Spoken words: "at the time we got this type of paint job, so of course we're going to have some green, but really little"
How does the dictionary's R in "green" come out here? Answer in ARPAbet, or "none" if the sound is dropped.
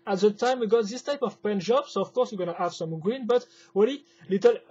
R